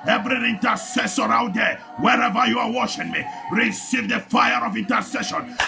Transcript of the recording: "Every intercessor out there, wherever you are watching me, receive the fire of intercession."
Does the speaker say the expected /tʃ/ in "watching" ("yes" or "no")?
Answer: no